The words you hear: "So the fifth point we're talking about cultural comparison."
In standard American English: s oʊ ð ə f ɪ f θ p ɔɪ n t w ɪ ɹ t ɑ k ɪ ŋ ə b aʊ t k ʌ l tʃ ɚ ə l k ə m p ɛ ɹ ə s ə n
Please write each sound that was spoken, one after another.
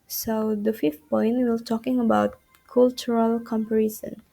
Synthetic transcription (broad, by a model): s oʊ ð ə f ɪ f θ p ɔɪ n t w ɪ l t ɑ k ɪ ŋ ə b aʊ t k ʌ l tʃ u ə l k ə m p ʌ ɹ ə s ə n